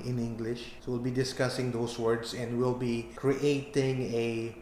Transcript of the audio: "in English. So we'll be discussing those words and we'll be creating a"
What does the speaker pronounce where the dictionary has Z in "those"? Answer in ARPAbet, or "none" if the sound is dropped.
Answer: S